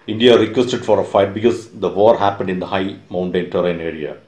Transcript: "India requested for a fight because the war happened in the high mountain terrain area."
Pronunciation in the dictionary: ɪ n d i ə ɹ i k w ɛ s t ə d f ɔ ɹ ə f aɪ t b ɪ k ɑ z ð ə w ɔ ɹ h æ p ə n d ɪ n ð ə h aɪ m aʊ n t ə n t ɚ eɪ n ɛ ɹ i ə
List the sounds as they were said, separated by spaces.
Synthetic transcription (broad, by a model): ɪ n d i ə ɹ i k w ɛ s t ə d f ɔ ɹ ə f aɪ t b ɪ k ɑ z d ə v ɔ ɹ h æ p ə n d ɪ n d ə h aɪ m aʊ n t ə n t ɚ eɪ n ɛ ɹ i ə